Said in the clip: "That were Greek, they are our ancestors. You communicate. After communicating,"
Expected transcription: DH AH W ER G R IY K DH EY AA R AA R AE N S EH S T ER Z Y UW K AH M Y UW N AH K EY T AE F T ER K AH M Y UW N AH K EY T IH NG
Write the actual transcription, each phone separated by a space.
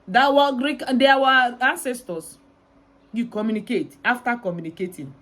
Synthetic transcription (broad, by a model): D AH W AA G R IY K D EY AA W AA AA N S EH S T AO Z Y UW K AH M Y UW N AH K EY T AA F T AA K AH M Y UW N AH K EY T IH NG